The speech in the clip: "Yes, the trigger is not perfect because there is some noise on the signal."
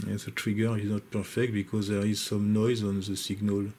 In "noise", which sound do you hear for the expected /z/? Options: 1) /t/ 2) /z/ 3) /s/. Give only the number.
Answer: 2